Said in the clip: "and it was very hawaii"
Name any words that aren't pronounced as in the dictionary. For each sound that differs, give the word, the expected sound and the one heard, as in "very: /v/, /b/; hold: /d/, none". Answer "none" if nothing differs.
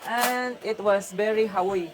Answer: was: /z/, /s/